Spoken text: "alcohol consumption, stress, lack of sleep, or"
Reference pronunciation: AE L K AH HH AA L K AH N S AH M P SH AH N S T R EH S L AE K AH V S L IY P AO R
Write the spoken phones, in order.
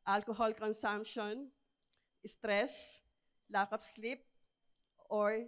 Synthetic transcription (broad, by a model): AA L K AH HH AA L K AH N S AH M P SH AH N S T R EH S L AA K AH P S L IY P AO R